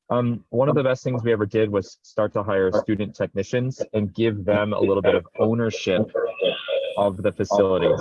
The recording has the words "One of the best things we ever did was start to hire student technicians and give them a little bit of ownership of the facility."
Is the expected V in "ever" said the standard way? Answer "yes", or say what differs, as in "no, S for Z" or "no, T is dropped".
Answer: yes